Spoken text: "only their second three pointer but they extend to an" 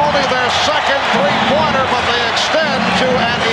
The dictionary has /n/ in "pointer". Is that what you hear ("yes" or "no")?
no